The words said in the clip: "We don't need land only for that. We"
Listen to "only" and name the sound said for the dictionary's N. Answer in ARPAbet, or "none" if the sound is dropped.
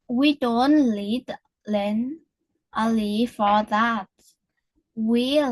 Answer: none